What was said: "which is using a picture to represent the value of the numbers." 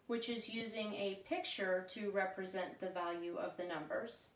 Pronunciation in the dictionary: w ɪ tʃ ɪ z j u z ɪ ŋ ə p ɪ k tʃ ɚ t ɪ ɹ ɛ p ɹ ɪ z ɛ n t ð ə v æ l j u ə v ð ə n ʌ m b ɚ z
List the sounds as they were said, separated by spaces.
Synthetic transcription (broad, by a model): w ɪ tʃ ɪ z j u z ɪ ŋ ə p ɪ k tʃ ɚ t ɪ ɹ ɛ p ɹ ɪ z ɛ n ð ə v æ l j u ə v ð ə n ʌ m b ɚ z